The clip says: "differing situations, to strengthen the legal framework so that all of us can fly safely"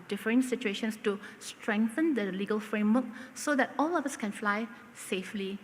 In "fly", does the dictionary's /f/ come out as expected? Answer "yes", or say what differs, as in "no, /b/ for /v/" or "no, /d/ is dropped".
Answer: yes